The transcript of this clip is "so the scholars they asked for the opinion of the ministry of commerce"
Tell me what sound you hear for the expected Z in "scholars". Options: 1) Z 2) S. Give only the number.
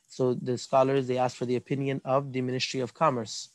1